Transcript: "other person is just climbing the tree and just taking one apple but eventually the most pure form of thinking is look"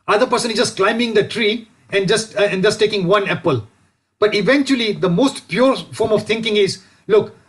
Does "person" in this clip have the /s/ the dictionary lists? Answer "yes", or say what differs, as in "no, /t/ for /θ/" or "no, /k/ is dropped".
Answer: yes